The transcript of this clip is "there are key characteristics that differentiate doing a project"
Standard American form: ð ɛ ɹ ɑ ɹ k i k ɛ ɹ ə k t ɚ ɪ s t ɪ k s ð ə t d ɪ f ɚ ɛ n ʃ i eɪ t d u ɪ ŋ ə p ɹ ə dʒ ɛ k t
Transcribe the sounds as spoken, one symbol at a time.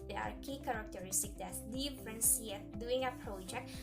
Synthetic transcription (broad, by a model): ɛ ɑ ɹ k i k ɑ ɹ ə k t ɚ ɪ s t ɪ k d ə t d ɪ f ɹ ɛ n s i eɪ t d u ɪ ŋ ə p ɹ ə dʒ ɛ k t